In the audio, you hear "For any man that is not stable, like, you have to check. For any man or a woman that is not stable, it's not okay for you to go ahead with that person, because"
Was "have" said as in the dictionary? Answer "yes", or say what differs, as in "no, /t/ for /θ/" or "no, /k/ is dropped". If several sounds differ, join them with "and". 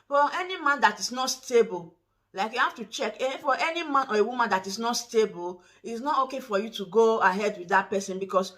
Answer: no, /f/ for /v/